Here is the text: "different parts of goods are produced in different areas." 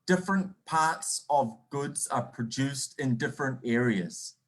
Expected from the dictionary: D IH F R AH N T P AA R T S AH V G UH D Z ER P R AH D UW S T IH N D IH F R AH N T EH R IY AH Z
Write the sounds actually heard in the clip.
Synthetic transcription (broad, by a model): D IH F R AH N P AA R T S AH V G UH D Z ER P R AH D UW S T IH N D IH F R AH N T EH R IY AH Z